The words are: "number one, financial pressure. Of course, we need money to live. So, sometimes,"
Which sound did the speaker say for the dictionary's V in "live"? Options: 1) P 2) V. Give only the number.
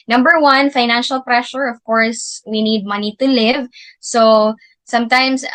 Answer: 2